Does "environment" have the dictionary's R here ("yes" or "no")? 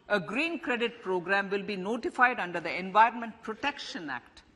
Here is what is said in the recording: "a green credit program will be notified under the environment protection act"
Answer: yes